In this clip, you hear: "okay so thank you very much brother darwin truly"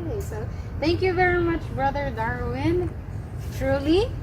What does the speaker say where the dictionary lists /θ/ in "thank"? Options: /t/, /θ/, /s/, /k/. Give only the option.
/θ/